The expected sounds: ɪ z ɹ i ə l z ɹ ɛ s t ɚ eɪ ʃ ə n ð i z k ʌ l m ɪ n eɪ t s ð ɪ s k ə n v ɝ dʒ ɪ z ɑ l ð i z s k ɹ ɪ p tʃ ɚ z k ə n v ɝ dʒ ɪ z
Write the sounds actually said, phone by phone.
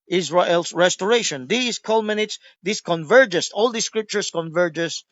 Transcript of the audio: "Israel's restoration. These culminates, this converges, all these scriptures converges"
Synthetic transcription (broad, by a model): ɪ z ɹ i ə l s ɹ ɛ s t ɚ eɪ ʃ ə n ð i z k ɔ l m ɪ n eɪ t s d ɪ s k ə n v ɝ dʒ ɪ s ɑ l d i s k ɹ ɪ p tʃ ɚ s k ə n v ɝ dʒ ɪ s